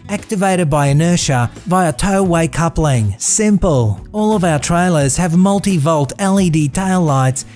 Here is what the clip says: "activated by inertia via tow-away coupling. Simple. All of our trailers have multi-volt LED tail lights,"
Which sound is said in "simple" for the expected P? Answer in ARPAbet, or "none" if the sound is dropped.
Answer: P